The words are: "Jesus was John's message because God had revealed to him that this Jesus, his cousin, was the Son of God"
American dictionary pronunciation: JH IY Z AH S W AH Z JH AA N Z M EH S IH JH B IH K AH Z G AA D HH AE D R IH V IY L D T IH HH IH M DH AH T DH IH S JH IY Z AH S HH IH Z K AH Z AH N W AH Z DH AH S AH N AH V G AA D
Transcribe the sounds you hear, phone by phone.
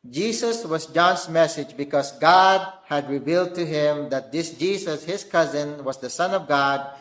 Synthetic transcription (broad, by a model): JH IY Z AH S W AH Z JH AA N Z M EH S IH JH B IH K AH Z G AA D HH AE D R IH V IY L D T IH HH IH M DH AH T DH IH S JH IY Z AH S HH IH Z K AH Z AH N W AH Z DH AH S AH N AH V G AA D